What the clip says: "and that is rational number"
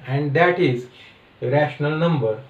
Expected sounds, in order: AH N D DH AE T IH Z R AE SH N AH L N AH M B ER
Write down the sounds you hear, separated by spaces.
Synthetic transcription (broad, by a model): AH N D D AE T IH Z R AE SH N AH L N AH M B ER